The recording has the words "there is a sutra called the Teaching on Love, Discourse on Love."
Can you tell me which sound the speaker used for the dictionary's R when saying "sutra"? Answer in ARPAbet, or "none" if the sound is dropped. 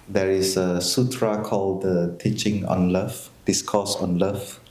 R